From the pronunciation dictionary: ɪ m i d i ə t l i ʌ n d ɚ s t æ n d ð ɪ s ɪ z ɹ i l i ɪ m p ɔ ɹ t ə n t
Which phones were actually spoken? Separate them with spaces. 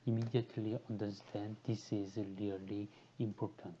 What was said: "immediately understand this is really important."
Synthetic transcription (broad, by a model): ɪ m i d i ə t l i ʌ n d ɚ s t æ n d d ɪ s ɪ z l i l i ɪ m p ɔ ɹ t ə n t